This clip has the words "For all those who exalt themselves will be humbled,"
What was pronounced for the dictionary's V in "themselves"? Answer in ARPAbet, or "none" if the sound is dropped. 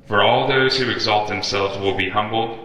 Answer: V